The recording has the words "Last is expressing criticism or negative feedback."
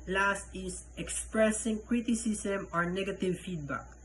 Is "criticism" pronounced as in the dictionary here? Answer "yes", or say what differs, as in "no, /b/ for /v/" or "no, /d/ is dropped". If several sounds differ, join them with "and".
no, /s/ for /z/